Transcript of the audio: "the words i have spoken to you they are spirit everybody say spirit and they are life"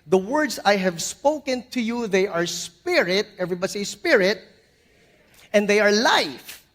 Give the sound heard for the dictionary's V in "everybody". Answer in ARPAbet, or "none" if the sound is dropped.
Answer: V